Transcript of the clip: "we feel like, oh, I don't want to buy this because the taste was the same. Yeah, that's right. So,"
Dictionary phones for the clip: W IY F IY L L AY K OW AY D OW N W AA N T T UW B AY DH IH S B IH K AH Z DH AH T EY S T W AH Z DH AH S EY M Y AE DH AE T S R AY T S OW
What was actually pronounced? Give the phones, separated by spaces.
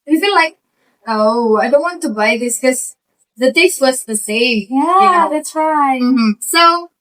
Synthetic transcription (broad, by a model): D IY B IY N L AY K OW AY D OW N W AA N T T UW B AY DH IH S K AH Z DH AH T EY S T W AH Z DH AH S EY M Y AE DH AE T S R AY S OW